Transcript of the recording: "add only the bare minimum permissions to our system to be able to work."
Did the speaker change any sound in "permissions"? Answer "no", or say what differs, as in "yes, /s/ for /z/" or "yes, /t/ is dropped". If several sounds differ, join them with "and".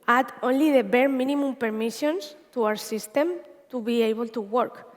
yes, /s/ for /z/